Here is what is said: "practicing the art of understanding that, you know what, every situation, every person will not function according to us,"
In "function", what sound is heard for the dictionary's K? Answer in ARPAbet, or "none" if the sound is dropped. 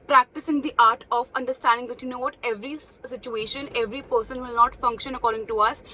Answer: K